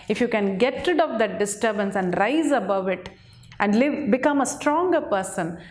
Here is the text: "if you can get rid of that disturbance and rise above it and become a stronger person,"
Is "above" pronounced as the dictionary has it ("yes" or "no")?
yes